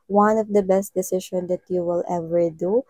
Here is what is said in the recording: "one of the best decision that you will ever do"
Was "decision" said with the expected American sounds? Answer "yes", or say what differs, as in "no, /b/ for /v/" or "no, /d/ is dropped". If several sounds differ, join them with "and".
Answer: no, /ʃ/ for /ʒ/